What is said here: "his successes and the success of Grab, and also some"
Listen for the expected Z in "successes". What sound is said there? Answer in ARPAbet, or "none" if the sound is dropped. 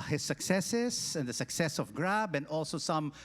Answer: S